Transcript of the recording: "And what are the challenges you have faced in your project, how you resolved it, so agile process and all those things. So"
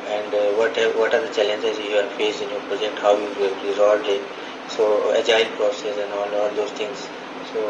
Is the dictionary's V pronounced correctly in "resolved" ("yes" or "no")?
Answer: no